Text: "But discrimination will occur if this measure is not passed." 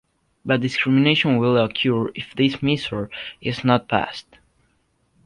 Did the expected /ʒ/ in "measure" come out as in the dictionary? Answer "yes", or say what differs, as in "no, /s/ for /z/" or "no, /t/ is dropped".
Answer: no, /s/ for /ʒ/